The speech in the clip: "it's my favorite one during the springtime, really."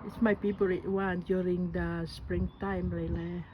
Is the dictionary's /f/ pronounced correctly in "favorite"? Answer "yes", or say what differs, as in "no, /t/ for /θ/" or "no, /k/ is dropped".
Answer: no, /p/ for /f/